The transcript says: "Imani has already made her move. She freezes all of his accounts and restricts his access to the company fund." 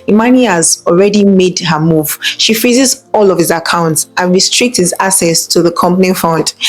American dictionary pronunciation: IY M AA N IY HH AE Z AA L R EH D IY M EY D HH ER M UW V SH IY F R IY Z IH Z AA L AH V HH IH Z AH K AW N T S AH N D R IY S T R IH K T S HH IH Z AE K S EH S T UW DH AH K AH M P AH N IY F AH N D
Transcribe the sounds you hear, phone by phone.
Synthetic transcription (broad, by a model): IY M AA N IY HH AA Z AA L R EH D IY M EY D HH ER M UW V SH IY F IY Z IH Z AA L AH V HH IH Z AH K AW N T S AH N R IY S T R IH K T S HH IH Z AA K S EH S T UW DH AH K AH M P AH N IY F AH N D